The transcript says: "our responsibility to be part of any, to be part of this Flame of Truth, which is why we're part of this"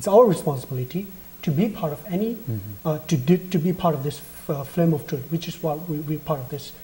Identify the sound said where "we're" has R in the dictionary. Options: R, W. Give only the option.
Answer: W